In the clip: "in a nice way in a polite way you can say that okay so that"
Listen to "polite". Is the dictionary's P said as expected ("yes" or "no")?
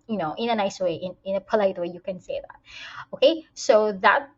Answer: yes